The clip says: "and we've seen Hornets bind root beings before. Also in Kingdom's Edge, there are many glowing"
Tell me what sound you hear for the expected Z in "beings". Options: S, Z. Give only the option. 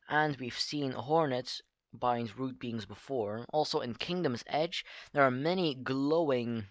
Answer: Z